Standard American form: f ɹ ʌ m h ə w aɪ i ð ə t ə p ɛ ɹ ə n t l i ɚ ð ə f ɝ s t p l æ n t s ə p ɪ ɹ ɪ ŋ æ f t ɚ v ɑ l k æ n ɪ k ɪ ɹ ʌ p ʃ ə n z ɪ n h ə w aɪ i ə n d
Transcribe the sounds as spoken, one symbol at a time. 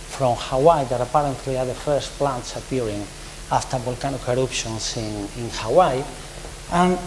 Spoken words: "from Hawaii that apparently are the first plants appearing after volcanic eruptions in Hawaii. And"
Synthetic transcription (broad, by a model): f ɹ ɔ m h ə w aɪ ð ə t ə p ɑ ɹ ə n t l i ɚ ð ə f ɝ s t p l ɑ n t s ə p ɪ ɹ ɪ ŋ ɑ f t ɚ b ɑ l k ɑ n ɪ k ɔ ɹ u p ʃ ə n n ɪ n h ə w aɪ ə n